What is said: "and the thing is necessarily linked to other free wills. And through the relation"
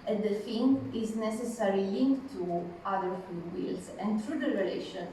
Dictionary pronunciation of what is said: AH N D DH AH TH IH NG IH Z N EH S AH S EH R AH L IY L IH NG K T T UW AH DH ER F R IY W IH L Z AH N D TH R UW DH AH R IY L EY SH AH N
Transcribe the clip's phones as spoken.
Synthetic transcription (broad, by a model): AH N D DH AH F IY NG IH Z N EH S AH S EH R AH L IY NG K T T UW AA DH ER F UW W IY L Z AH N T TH R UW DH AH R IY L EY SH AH N